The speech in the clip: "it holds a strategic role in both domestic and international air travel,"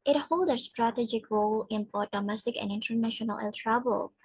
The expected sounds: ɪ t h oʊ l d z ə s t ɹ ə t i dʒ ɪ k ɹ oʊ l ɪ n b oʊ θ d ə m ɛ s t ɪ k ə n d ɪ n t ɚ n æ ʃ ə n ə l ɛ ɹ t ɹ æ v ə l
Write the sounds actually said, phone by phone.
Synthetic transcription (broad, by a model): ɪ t h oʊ l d ə s t ɹ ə t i dʒ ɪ k ɹ oʊ l ɪ n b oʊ t d ə m ɛ s t ɪ k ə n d ɪ n t ɚ n æ ʃ ə n ə l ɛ l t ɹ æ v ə l